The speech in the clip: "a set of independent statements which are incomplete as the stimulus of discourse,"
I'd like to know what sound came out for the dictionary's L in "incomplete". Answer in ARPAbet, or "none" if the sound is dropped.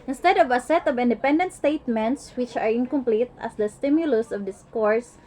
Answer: L